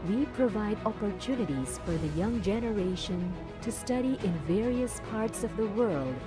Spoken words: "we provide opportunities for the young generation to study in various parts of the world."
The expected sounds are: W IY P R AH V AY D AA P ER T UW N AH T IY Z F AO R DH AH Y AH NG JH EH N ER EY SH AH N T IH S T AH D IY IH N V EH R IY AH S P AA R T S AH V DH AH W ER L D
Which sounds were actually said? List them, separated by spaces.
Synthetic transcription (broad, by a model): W IY P R AH V AY D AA P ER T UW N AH T IY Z F AO R DH AH Y AH NG JH EH N ER EY SH AH N T IH S T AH D IY IH N V EH R IY AH S P AA R T S AH V DH AH W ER L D